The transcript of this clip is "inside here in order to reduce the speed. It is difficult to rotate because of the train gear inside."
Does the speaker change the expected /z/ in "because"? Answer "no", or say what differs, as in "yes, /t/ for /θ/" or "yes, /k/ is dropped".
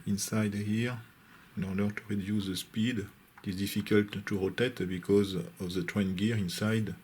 no